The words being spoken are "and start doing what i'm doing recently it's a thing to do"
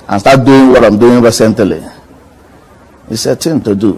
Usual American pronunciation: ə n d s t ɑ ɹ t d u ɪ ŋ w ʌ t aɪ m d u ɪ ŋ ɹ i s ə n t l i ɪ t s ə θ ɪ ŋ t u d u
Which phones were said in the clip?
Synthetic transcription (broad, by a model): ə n s t ɑ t d u ɪ ŋ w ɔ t aɪ m d u ɪ ŋ ɹ i s ə n t l i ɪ s ə t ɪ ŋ t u d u